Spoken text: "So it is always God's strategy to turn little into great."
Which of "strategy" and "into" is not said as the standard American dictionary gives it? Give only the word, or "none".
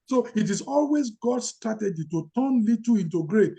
strategy